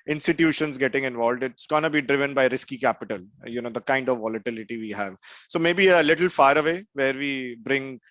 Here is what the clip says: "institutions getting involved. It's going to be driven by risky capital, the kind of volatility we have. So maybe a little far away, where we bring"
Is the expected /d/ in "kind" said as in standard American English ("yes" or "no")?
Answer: yes